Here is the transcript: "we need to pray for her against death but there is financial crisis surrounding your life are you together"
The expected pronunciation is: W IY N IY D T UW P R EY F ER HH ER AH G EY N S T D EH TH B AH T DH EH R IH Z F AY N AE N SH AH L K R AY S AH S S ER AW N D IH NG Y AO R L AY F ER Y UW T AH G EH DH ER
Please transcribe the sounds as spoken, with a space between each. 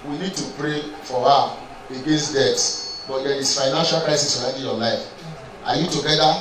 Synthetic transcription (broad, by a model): W IY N IY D T UW P R EY F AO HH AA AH G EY N S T D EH S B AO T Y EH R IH S F AY N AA N SH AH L K R AY S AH S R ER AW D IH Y AO L AY F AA Y UW T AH G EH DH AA